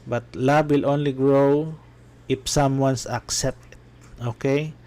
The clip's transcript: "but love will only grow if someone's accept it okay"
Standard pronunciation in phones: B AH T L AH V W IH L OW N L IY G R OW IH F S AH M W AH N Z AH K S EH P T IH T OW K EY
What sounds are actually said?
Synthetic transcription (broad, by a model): B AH T L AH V W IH L OW N L IY G R OW IH F S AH M W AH N S AH K S EH P T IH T OW K EY